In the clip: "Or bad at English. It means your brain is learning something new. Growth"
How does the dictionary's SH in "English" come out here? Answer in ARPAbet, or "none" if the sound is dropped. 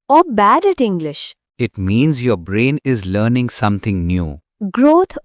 SH